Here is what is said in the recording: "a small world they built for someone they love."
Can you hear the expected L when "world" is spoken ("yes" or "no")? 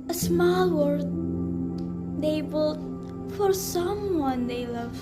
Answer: no